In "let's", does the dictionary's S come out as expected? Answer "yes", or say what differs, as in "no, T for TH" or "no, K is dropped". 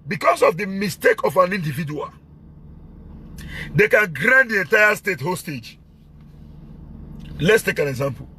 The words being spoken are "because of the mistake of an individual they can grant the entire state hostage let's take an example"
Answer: yes